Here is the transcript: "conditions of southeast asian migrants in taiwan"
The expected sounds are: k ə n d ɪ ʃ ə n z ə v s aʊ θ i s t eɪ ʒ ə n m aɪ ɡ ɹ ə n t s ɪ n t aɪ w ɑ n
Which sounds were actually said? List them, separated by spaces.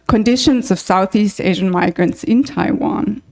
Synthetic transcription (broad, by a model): k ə n d ɪ ʃ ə n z ə v s aʊ θ i s t eɪ ʒ ə n m aɪ ɡ ɹ ə n t s ɪ n t aɪ w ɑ n